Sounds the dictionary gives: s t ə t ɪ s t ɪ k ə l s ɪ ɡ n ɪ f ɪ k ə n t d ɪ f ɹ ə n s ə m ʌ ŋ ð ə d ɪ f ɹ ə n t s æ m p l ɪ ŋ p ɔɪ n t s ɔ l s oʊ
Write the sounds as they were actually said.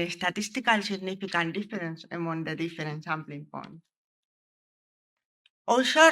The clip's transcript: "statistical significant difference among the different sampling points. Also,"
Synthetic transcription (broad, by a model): s t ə t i s t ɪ k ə l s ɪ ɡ n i f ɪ k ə n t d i f ɹ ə n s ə m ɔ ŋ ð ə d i f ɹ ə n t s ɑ m p l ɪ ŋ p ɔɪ n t ɔ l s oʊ